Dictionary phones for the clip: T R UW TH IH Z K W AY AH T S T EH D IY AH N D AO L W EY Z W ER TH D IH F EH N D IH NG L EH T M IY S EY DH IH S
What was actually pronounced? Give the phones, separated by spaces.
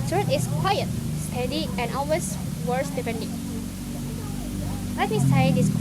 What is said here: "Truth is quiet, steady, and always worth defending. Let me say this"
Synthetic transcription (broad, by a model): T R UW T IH S K W AY AH T S T EH D IY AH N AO L W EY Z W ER S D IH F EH N D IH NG L EH T M IY S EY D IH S